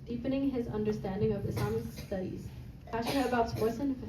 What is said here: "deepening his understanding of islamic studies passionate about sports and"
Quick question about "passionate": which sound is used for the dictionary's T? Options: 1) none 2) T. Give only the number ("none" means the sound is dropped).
1